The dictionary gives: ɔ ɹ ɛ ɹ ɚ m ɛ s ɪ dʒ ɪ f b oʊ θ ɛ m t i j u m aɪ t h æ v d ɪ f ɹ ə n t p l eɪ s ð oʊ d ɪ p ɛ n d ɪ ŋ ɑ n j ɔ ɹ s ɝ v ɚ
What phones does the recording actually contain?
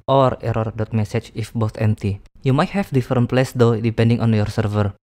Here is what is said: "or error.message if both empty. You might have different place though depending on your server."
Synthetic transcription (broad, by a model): ɔ ɹ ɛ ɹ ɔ m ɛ s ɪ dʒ ɪ f b oʊ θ ɛ m t i j u m aɪ t h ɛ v d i f ɹ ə n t p l eɪ s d oʊ d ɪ p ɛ n d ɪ ŋ ɑ n j ɔ ɹ s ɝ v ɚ